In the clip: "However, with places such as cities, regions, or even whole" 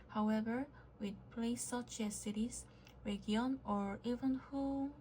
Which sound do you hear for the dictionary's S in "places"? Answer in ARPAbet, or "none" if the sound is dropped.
none